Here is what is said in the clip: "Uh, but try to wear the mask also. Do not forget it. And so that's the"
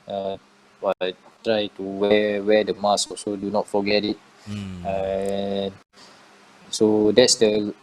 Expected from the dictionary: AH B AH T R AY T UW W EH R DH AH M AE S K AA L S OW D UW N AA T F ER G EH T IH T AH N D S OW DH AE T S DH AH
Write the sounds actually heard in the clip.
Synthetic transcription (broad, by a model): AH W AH T R AY T UW W EH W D AH M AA S AA L S OW D UW N AA T F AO G EH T IH T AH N S OW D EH T S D AH